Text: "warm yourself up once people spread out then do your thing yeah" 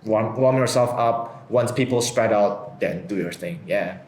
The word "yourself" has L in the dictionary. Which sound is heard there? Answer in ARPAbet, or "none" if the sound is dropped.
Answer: L